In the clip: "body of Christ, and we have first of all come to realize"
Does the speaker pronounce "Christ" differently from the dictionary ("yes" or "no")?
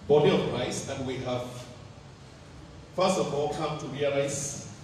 yes